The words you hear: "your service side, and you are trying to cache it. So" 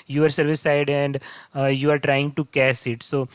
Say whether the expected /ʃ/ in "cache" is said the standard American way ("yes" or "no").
no